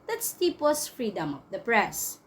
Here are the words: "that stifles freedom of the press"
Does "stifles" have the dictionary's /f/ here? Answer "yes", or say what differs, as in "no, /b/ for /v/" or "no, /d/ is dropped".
no, /p/ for /f/